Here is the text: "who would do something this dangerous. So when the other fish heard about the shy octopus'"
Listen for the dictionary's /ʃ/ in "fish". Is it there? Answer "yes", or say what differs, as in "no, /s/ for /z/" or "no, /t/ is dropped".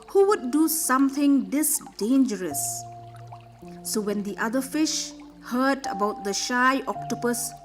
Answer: yes